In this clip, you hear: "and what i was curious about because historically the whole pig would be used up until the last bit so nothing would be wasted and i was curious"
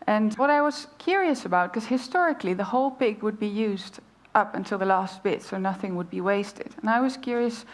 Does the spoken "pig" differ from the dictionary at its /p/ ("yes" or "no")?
no